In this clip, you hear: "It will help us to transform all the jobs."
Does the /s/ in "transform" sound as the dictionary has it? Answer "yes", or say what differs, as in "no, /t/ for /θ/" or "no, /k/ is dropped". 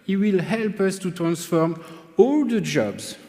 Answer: yes